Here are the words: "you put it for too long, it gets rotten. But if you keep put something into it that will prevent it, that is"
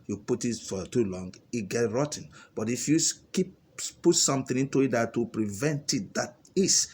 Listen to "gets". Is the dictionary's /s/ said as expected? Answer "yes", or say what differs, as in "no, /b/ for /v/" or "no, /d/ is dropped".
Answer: no, /s/ is dropped